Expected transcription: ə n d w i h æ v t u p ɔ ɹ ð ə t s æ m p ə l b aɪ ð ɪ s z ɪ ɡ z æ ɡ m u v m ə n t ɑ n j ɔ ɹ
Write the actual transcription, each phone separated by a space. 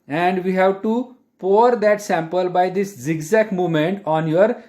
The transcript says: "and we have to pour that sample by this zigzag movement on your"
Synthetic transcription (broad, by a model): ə n d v i h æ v t u p ɔ ɹ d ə t s æ m p ə l b aɪ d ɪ s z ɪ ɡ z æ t m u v m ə n t ɑ n j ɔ ɹ